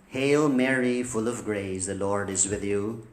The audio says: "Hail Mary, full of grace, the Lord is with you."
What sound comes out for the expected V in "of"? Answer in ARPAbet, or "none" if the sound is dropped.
V